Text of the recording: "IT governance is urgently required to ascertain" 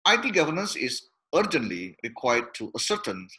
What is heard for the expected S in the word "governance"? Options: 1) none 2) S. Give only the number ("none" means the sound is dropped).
2